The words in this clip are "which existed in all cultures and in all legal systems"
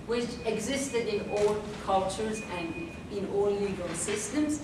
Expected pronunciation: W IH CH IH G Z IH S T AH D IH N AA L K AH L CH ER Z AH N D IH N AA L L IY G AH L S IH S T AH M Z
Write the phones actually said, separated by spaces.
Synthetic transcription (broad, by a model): W IH CH IH G Z IH S T AH D IH N AA L K AH L CH ER Z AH N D IH N AA L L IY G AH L S IH S T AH M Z